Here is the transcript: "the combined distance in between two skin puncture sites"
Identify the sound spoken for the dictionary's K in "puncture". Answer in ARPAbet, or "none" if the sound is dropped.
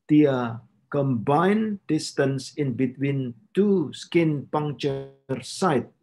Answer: none